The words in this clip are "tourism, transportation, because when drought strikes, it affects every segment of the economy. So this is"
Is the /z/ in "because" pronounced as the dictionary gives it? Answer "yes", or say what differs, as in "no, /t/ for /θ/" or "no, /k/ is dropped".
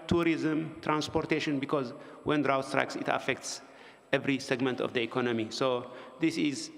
yes